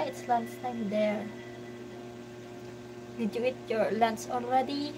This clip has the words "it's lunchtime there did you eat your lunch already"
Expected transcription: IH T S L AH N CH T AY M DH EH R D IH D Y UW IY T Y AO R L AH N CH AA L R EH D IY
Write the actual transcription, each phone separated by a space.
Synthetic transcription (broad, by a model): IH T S L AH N S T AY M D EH R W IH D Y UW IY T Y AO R L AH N S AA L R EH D IY